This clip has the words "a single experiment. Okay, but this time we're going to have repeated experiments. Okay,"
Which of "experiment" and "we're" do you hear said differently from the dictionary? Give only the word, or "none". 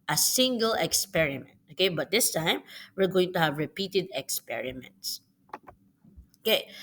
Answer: none